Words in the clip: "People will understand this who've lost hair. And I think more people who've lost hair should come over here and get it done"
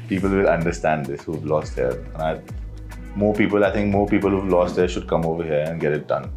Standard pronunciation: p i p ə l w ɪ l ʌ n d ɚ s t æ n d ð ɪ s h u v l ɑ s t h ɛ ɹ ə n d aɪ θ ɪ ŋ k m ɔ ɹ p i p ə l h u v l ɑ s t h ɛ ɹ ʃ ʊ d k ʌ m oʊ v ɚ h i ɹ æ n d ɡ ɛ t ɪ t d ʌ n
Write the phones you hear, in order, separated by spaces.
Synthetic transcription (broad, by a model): p i p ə l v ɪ l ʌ n d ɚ s t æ n d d ɪ s h u v l ɑ s t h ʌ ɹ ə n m aɪ t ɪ ŋ k m ɔ ɹ p i p ə l h u v l ɑ s t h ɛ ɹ ʃ ʊ d k ʌ m oʊ v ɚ h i ɹ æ n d ɡ ɛ t ɪ t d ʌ n